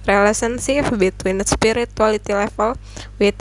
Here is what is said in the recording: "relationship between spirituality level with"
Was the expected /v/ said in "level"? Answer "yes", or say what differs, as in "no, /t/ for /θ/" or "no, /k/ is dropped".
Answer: no, /f/ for /v/